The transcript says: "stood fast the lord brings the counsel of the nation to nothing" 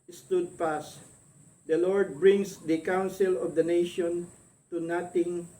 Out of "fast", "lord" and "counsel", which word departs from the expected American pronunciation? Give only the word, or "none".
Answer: fast